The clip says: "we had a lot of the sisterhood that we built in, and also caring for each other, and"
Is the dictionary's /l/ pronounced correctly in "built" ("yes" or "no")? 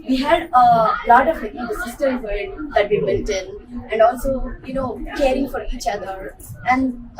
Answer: no